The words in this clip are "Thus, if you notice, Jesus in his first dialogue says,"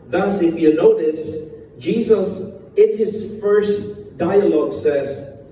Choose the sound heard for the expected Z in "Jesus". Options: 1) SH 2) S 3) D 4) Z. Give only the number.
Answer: 4